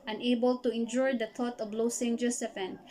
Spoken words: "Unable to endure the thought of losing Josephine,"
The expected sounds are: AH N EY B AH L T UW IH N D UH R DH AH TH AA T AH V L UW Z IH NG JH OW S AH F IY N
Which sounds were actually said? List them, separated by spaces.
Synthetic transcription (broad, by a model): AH N EY B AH L T UW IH N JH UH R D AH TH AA T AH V L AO S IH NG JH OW S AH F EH N